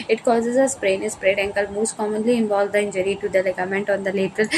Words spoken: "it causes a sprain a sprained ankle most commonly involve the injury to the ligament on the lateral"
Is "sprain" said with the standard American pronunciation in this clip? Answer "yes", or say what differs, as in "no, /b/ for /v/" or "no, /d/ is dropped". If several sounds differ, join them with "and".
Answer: no, /p/ is dropped